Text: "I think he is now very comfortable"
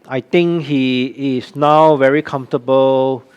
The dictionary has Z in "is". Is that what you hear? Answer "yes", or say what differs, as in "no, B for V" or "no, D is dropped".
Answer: no, S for Z